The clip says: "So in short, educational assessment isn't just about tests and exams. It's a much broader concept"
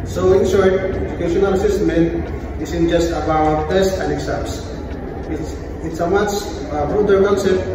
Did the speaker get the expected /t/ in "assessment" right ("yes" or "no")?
no